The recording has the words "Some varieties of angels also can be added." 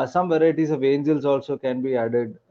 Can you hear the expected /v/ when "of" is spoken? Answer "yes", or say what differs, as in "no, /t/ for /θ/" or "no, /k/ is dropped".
yes